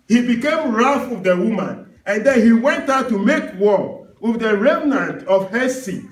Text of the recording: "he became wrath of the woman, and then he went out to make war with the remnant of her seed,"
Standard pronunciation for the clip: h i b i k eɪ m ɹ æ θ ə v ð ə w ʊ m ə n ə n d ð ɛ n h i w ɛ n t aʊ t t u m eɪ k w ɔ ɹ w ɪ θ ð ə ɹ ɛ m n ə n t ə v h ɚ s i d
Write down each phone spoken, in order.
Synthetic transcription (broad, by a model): h i b i k eɪ m ɹ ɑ f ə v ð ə w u m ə n ə n d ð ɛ n h i w ɛ n t aʊ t t u m eɪ k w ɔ w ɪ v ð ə ɹ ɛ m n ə n t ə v h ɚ s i